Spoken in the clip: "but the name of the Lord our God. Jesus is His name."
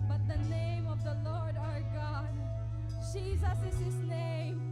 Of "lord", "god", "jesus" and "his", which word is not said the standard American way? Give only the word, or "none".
none